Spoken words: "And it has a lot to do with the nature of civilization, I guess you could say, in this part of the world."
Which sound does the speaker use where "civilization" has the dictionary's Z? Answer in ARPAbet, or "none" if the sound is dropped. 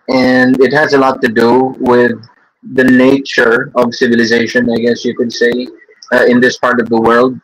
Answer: Z